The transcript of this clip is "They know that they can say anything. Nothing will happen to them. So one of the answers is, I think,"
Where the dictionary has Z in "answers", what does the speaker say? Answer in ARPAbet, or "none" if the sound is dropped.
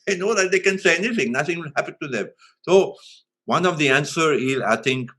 none